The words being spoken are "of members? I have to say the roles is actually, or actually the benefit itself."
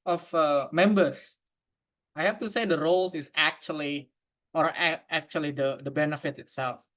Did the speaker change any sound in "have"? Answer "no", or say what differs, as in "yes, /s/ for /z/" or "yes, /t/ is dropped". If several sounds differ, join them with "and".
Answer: yes, /f/ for /v/